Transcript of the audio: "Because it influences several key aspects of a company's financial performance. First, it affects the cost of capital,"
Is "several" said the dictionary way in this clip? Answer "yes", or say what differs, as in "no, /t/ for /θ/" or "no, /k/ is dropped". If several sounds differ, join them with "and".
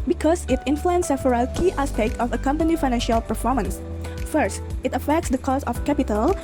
no, /v/ is dropped